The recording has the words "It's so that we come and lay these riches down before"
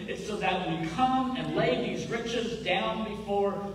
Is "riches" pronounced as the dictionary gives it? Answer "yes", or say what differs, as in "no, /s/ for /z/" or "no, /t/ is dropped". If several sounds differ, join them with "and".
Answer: yes